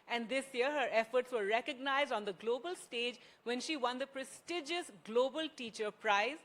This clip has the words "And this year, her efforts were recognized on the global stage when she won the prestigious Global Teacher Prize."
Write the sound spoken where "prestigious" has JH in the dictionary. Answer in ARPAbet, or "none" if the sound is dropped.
JH